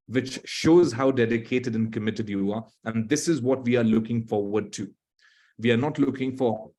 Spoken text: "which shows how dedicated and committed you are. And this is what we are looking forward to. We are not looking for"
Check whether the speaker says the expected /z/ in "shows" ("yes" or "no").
yes